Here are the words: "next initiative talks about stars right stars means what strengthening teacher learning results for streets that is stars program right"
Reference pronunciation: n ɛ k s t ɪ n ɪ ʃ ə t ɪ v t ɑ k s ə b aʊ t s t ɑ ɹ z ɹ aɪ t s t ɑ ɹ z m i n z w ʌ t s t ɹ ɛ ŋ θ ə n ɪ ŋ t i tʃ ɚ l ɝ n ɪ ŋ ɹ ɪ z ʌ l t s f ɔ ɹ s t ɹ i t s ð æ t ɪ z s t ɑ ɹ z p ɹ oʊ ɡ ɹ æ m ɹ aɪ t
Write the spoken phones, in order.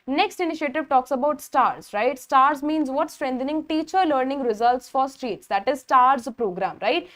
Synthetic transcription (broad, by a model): n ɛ k s t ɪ n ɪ ʃ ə t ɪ v t ɑ k s ə b aʊ t s t ɑ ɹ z ɹ aɪ t s t ɑ ɹ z m i n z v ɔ t s t ɹ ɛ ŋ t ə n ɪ ŋ t i tʃ ɚ l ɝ n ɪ ŋ ɹ ɪ z ʌ l t s f ɔ ɹ s t ɹ i t s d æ t ɪ z s t ɑ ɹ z p ɹ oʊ ɡ ɹ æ m ɹ aɪ t